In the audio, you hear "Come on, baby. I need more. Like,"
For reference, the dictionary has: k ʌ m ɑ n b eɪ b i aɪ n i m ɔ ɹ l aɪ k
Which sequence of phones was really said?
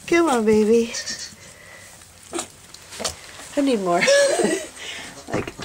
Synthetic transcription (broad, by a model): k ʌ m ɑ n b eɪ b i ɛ n i m ɔ ɹ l aɪ k